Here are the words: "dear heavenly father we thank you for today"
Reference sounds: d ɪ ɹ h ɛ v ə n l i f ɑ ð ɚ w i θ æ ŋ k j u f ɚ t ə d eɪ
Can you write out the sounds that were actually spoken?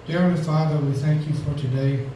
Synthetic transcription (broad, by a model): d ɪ ɹ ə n f ɑ ð ɚ w i θ æ ŋ k j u f ɚ t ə d eɪ